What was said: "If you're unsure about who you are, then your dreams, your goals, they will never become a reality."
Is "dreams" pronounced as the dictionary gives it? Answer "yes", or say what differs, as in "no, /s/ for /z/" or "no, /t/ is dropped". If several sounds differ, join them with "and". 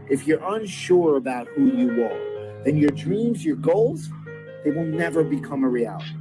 yes